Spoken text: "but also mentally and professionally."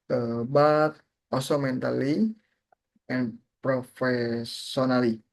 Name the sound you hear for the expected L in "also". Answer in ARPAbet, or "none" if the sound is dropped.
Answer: none